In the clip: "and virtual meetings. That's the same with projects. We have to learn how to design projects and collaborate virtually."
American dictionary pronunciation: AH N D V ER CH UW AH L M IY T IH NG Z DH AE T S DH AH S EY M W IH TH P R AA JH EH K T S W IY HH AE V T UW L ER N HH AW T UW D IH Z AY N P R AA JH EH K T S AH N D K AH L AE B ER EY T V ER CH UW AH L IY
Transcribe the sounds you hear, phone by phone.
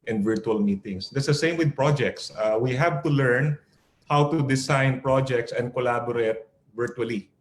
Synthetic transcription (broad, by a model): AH N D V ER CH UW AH L M IY T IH NG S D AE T S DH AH S EY M W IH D P R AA JH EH K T S W IY HH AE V T UW L ER N HH AW T UW D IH S AY N P R AA JH EH K T S AH N D K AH L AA B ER EY T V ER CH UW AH L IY